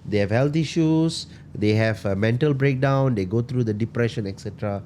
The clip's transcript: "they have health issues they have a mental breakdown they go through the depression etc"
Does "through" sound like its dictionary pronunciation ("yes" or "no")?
no